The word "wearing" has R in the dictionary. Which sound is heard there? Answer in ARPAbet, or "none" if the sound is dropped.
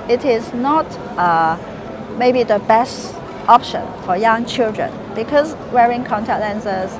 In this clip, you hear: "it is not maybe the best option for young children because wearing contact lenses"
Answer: R